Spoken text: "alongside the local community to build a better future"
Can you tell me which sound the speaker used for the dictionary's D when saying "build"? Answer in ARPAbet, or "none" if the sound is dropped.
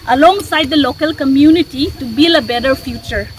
none